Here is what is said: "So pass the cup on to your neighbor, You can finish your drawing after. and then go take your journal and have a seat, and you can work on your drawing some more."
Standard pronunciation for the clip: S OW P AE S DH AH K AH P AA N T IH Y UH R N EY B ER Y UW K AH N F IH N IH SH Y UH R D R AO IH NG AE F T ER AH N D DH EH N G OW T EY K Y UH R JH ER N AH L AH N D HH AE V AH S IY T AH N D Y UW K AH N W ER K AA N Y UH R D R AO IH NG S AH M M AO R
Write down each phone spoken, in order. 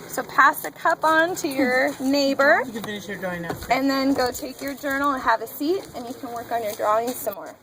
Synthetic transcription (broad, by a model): S OW P AE S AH K AH P N T IH Y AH R N EY B ER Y K AH N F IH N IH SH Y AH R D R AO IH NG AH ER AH N DH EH N G OW T EY K Y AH R JH ER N L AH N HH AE V AH S IY T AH N Y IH K AH N W ER K N Y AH R D R AO IH NG S AH M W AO R